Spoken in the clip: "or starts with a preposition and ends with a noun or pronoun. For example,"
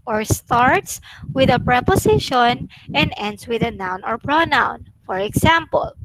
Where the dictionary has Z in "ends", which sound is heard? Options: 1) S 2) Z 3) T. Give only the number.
1